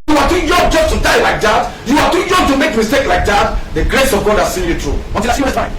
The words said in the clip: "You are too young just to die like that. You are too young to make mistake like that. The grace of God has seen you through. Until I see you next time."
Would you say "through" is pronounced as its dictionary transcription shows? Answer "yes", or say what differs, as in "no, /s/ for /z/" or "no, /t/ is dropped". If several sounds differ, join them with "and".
no, /t/ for /θ/